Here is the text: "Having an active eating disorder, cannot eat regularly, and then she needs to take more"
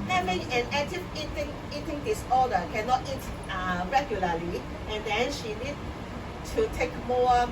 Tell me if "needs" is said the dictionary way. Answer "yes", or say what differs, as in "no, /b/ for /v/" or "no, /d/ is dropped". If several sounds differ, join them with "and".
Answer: no, /z/ is dropped